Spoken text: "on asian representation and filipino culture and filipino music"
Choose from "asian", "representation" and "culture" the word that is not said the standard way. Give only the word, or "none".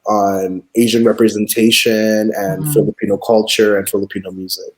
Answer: none